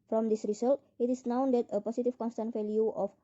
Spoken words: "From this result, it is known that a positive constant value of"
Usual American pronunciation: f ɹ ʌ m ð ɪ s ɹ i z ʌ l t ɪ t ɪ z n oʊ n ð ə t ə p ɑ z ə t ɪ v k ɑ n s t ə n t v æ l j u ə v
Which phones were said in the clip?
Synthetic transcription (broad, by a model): f ɹ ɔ m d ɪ s ɹ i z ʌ l t ɪ t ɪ s n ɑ n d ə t ə p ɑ s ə t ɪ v k ɑ n s t ə n t f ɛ l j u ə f